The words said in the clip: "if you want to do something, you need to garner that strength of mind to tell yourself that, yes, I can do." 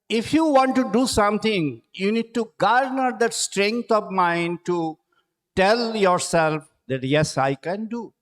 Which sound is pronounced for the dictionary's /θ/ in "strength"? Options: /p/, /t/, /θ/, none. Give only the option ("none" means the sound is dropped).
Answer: /t/